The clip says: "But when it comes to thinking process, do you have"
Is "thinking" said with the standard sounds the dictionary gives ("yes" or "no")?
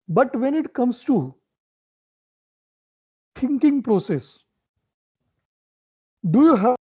no